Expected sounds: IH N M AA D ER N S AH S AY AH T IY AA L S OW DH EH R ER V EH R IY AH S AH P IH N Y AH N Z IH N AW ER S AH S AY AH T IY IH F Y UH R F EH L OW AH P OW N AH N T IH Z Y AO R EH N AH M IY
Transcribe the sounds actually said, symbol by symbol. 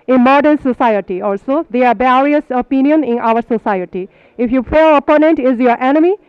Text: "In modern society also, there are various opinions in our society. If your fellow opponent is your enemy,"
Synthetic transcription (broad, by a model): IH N M AA D ER N S AH S AY AH T IY AA L S OW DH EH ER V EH R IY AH S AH P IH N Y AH N IH N AW ER S AH S AY AH T IY IH F Y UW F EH OW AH P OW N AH N T IH Z Y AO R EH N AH M IY